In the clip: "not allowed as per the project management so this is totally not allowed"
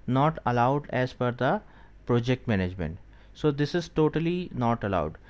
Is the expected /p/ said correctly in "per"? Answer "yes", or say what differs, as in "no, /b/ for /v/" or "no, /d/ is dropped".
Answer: no, /f/ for /p/